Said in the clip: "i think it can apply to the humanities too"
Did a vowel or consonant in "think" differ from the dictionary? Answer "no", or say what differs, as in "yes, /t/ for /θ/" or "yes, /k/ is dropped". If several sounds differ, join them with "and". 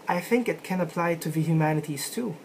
no